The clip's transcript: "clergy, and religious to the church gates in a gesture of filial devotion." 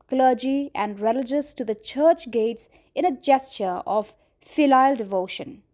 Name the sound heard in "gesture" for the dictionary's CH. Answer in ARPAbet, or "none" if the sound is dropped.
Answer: CH